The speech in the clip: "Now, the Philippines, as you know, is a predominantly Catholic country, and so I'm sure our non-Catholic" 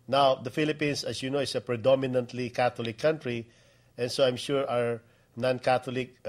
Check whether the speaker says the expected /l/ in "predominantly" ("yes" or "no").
yes